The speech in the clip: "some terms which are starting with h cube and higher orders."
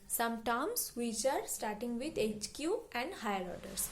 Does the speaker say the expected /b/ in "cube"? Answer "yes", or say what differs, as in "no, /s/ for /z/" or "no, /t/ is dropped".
no, /b/ is dropped